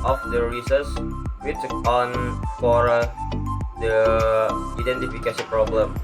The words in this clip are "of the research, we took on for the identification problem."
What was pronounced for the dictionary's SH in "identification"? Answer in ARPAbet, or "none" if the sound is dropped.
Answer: S